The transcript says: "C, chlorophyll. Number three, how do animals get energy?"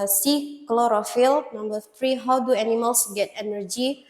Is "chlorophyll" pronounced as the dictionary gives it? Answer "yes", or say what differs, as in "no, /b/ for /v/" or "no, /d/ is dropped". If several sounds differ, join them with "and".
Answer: yes